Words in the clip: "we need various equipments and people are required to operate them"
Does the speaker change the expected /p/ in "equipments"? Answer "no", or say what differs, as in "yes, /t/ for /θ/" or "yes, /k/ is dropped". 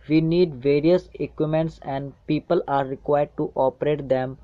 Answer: yes, /p/ is dropped